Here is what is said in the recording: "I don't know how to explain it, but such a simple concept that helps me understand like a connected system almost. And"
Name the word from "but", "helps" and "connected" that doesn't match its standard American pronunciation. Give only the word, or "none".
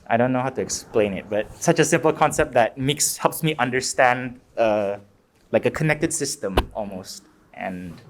none